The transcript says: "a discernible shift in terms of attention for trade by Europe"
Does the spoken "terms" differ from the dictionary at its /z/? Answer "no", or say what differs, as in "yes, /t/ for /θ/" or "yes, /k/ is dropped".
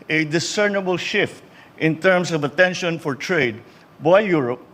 yes, /s/ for /z/